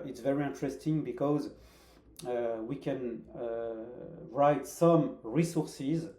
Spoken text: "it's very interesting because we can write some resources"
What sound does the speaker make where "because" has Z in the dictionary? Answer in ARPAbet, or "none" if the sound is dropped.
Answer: Z